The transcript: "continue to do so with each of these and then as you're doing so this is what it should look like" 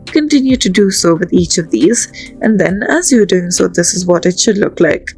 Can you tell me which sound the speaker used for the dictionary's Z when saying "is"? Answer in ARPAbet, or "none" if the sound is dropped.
Z